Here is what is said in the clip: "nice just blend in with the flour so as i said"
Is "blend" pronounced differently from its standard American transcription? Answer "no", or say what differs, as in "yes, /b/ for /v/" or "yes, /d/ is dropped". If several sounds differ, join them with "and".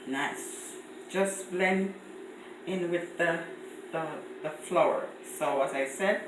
yes, /d/ is dropped